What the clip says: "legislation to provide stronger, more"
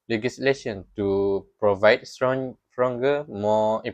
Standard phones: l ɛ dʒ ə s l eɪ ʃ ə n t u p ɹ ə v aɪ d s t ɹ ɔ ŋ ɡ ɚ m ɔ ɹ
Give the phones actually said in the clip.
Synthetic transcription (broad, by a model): l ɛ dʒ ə s l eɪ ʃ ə n t u p ɹ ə v aɪ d s s ɹ ɔ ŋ ɡ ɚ m ɔ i